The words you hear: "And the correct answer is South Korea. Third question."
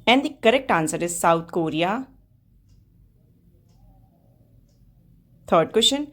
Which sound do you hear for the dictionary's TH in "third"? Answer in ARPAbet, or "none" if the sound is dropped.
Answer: T